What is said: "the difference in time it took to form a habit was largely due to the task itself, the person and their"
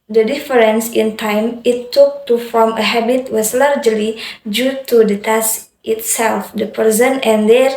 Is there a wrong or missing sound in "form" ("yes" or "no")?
no